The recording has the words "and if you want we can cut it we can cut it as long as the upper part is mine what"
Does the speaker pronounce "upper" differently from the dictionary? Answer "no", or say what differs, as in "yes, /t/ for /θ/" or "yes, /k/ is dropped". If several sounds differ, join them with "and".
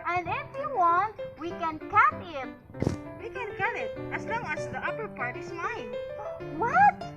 no